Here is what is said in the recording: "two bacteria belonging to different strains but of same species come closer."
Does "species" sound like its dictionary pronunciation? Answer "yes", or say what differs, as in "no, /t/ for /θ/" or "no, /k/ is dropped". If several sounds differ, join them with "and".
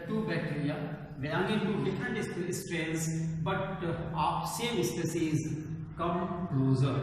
no, /s/ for /ʃ/